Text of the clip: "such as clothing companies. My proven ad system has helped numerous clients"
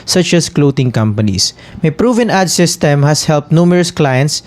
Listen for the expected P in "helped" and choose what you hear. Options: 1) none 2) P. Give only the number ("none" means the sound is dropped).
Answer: 2